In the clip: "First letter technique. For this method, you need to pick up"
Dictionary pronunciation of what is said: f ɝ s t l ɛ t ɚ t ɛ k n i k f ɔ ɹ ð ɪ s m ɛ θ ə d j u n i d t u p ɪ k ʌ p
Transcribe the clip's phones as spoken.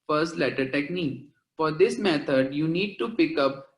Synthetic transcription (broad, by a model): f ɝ s t l ɛ t ɚ t ɛ k n i k f ɔ ɹ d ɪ s m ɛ t ə d j u n i d t u p ɪ k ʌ p